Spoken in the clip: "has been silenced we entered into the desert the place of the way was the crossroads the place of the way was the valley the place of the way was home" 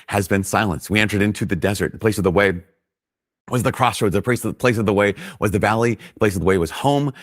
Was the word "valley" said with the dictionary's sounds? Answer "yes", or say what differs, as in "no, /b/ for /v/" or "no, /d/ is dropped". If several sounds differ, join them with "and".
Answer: yes